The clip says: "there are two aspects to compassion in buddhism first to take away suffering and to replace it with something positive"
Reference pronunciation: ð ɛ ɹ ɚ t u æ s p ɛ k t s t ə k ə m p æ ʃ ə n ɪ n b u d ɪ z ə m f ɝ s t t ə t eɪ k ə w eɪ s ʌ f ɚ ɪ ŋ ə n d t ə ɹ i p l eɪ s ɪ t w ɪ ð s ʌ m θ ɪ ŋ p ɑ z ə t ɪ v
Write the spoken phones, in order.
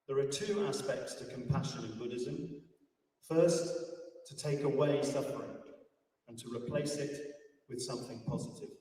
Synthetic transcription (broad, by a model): ð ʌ ɹ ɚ t u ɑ s p ɛ k t s t ə k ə m p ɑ ʃ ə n ɪ n b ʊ d ɪ z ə m f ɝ s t t ə t eɪ k ə w eɪ s ʌ f ɚ ɪ ŋ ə n t ə ɹ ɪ p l eɪ s ɪ t w ɪ ð s ʌ m θ ɪ ŋ p ɑ z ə t ɪ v